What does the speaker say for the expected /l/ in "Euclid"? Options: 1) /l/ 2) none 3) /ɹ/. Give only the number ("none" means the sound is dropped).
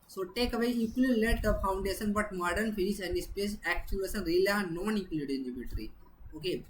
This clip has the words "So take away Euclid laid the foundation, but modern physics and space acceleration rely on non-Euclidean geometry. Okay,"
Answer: 2